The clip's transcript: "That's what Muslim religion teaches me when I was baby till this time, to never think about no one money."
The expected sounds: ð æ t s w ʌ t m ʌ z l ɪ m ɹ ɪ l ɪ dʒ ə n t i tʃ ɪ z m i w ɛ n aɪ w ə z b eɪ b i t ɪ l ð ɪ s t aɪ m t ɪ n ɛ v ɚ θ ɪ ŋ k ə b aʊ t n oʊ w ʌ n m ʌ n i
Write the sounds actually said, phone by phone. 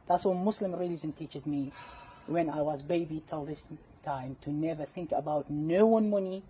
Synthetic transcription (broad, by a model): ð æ t s w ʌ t m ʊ s l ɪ m ɹ ɪ l ɪ dʒ ə n t i tʃ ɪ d m i w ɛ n aɪ w ə z b eɪ b i t ɪ l ð ɪ s t aɪ m t ɪ n ɛ v ɚ θ ɪ ŋ k ə b aʊ t n oʊ w ʌ n m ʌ n i